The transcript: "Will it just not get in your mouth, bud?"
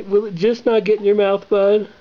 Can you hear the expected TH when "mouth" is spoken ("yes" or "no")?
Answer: yes